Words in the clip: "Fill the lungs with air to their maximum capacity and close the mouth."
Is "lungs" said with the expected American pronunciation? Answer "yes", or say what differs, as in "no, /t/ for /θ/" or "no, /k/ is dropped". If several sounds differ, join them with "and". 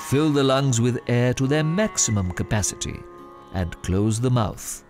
yes